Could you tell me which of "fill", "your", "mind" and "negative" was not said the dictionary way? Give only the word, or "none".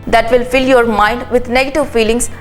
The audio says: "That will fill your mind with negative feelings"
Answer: none